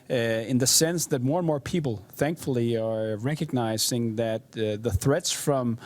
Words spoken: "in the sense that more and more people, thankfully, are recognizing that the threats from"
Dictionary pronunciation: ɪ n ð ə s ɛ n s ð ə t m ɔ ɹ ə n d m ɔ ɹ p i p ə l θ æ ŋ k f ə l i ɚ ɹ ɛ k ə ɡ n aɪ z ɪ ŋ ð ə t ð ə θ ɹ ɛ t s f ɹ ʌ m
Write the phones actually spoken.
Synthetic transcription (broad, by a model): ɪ n ð ə s ɛ n s ð ə t m ɔ ɹ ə n m ɔ ɹ p i p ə l θ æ ŋ k f l i ɚ ɹ ɛ k ə ɡ n aɪ z ɪ ŋ ð ə t ð ə θ ɹ ɛ t s f ɹ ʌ m